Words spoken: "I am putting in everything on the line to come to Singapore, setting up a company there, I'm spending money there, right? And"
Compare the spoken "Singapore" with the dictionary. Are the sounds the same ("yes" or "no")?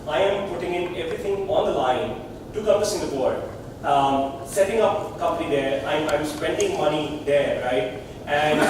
no